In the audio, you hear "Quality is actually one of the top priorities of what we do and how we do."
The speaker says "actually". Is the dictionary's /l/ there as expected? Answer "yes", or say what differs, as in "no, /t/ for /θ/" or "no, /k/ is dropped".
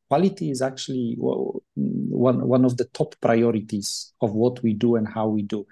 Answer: no, /w/ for /l/